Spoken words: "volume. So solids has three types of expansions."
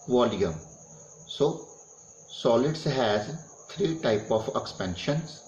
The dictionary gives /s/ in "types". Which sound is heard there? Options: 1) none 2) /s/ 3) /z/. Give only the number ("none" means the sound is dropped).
1